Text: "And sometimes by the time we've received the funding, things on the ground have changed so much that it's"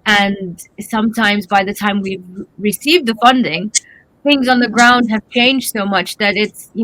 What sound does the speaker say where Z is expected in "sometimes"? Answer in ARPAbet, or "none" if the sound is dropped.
Z